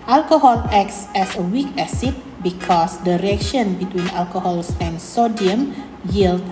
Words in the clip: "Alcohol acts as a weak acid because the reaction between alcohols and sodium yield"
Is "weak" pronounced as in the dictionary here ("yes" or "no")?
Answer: yes